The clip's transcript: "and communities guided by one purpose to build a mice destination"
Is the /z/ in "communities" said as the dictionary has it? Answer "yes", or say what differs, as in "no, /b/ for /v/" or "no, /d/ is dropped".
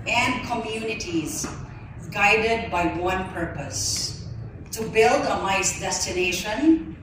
yes